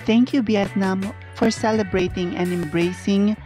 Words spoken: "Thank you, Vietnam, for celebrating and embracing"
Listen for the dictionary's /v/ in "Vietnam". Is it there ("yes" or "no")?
no